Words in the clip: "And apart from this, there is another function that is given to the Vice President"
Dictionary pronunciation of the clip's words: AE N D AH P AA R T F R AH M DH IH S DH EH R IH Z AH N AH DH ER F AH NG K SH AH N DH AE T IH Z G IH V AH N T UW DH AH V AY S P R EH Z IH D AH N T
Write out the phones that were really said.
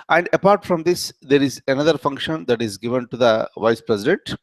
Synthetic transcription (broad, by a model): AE N D AH P AA R T F R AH M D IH S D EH R IH Z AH N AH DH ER F AH NG K SH AH N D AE T IH Z G IH V AH N T UW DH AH V AY S P R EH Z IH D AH N T